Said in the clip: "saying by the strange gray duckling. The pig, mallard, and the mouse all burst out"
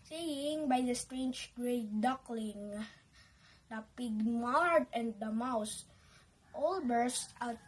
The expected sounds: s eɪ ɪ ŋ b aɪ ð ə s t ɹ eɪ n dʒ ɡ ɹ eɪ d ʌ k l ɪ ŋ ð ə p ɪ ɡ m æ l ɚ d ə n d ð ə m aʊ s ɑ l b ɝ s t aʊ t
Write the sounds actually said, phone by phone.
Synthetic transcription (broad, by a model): s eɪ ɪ ŋ b aɪ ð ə s t ɹ eɪ n dʒ ɡ ɹ eɪ d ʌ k l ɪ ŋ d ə p ɪ ɡ m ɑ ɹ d ə n d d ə m aʊ s ɑ l b ɝ s t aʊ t